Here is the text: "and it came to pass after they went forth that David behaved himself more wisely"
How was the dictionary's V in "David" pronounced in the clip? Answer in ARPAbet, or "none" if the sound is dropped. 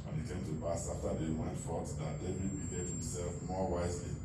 B